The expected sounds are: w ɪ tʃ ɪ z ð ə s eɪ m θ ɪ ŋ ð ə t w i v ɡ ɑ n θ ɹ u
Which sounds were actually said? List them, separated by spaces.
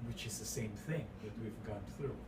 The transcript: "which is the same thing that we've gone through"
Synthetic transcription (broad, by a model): w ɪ tʃ ɪ z ð ə s eɪ m θ ɪ ŋ ð ə t w i v ɡ ɑ n θ ɹ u